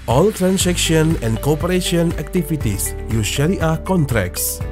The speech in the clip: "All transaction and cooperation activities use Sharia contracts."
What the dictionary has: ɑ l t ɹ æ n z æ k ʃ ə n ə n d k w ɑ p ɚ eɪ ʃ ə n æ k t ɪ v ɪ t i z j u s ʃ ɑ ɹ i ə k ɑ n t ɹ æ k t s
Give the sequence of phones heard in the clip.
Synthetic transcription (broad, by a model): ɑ l t ɹ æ n s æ k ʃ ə n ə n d k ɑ p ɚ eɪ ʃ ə n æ k t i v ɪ t i s j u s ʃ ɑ l i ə k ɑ n t ɹ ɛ k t s